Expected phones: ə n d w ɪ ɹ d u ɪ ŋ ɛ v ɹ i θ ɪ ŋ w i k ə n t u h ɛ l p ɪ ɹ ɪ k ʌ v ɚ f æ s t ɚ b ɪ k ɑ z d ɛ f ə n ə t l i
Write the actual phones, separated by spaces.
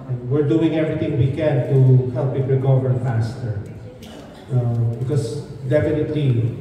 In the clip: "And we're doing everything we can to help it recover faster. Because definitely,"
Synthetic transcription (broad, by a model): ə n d w ɪ ɹ d u ɪ ŋ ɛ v ɹ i t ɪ ŋ w i k ə n t u h ɛ l p ɪ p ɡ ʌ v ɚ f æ s t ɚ b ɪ k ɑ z d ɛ f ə n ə t l i